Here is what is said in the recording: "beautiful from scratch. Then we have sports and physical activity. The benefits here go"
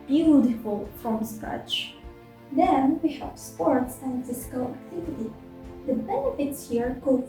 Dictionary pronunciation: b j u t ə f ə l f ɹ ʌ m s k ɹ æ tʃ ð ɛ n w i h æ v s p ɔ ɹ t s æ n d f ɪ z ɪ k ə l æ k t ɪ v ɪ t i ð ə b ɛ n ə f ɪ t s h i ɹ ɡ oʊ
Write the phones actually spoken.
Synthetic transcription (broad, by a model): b j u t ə f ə l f ɹ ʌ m s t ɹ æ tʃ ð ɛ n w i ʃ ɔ p s p ɔ ɹ t s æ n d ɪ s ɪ k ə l æ k t ɪ v ɪ t i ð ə b ɛ n ə f ɪ t s h i ɹ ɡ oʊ